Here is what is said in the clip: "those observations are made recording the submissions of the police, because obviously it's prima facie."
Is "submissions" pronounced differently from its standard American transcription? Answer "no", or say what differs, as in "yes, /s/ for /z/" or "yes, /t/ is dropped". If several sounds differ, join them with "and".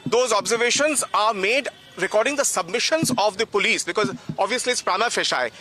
no